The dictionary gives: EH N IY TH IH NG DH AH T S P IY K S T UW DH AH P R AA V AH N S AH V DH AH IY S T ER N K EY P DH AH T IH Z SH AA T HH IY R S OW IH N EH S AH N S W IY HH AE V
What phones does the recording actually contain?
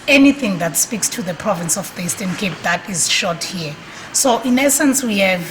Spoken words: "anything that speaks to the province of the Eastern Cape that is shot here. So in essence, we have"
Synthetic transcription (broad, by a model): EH N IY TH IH NG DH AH T S P IY K S T UW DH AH P R AA V AH N S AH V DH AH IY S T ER N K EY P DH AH T IH Z SH AA T HH IY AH S OW IH N EH S AH N S W IY HH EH V